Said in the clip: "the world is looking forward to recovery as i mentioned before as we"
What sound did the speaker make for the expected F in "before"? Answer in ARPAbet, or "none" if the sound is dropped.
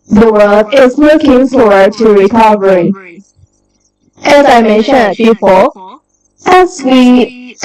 P